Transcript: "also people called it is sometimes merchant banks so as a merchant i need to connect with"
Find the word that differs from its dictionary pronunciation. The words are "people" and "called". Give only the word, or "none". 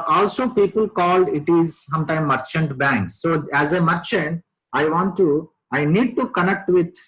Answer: none